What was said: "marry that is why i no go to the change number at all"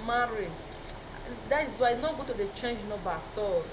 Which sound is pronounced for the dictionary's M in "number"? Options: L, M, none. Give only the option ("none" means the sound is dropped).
none